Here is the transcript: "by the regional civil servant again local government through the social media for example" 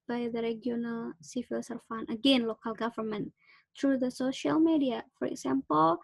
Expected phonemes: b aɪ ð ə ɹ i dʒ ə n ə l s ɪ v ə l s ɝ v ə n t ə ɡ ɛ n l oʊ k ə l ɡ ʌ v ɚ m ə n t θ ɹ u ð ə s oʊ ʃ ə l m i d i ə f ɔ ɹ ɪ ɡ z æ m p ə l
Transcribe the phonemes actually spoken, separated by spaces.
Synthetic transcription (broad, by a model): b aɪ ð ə ɹ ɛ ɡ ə n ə l s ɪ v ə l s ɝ f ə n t ə ɡ ɛ n l oʊ k ə l ɡ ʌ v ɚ m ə n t ɹ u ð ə s oʊ ʃ ə l m i d i ə f ɔ ɹ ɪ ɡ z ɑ m p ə l